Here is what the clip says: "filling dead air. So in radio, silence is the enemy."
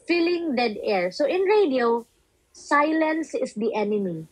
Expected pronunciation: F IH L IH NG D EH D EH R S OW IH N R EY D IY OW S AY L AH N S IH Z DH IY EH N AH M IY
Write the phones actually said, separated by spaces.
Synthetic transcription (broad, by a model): F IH L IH NG D EH D EH R S OW IH N R EY D IY OW S AY L AH N S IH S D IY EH N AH M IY